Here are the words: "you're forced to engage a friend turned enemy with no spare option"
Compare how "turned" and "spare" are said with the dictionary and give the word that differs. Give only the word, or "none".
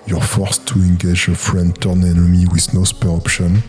turned